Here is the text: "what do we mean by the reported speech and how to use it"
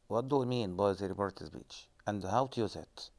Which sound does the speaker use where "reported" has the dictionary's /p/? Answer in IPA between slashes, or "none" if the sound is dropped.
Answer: /b/